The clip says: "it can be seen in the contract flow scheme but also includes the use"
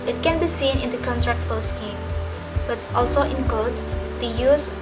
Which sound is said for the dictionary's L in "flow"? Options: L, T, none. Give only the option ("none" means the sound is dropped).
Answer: none